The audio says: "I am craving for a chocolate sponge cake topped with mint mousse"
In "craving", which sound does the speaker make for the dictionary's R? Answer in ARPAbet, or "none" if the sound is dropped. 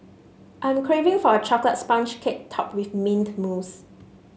R